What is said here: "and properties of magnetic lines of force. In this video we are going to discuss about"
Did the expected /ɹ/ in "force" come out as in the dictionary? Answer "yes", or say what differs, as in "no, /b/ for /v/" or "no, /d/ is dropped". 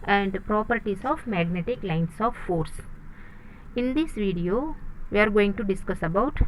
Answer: yes